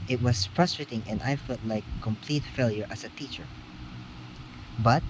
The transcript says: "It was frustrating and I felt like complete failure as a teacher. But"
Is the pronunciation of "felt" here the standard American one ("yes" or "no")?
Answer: yes